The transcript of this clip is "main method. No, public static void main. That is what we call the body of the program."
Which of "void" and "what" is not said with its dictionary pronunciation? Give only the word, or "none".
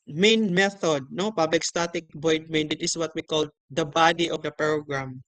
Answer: void